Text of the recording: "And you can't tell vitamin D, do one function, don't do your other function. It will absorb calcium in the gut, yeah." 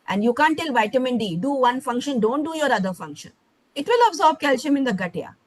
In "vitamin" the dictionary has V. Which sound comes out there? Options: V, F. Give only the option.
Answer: V